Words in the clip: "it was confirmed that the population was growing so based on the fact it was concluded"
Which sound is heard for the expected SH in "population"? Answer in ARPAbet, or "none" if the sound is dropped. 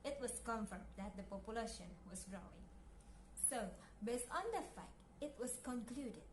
SH